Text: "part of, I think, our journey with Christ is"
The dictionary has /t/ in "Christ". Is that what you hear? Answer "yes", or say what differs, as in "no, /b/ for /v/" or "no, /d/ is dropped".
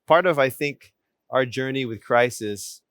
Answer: no, /t/ is dropped